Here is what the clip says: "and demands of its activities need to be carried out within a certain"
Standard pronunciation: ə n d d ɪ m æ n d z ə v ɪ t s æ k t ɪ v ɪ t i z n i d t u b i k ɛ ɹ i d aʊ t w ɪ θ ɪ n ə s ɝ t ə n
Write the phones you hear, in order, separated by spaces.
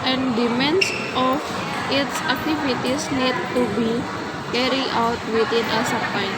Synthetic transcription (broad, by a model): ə n d d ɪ m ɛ n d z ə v ɪ t s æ k t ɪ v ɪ t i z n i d t u b i k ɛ ɹ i aʊ t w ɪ t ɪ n ə s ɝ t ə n